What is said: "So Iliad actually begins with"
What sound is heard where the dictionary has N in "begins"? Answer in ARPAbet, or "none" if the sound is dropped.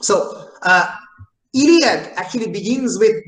N